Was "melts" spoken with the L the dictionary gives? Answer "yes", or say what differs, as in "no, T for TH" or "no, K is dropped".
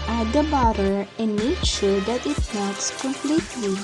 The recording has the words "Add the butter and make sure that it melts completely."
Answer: no, L is dropped